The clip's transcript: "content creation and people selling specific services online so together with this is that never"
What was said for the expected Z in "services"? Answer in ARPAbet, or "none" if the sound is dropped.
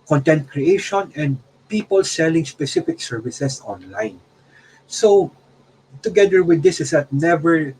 S